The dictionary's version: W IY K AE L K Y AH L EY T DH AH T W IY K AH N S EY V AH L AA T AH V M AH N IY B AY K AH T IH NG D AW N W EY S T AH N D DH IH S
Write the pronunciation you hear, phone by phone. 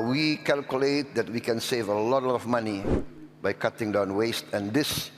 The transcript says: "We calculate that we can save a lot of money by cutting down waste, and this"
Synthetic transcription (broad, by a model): W IY K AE L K Y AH L EY T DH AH T W IY K AH N S EY V AH L AA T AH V M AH N IY B AY K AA T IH NG D AW N W EY S T AH N D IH S